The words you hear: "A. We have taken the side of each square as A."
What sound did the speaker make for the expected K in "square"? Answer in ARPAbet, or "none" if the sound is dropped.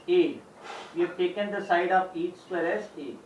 none